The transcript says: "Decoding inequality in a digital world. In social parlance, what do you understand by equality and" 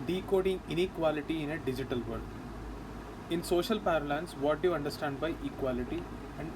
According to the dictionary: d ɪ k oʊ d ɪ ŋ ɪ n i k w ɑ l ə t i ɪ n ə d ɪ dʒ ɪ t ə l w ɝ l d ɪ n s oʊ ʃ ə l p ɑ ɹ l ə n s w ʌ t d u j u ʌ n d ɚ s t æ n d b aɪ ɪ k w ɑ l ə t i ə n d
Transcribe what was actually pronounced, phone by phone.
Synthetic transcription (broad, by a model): d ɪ k oʊ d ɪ ŋ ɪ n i k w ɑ l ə t i ɪ n ə d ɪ dʒ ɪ t ə l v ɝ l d ɪ n s oʊ ʃ ə l p ɑ ɹ l ə n s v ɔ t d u j u ʌ n d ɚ s t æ n d b aɪ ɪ k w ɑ l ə t i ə n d